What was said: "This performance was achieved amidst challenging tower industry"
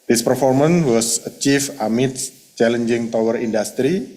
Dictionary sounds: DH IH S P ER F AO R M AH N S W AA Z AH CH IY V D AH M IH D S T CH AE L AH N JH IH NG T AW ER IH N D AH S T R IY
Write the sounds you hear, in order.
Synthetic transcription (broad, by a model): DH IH S P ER F AO R M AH N W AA S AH CH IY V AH M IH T CH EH L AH N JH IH NG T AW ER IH N D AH S T R IY